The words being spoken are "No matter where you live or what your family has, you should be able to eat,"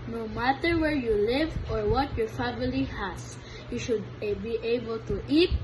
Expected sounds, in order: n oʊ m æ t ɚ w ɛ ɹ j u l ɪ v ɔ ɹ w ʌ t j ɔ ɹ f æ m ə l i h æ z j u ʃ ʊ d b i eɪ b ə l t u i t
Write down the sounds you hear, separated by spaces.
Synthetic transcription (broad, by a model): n oʊ m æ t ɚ w ɛ ɹ j u l ɪ v ɔ ɹ w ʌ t j ɔ ɹ f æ m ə l i h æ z j u ʃ ʊ d b i eɪ b ə l t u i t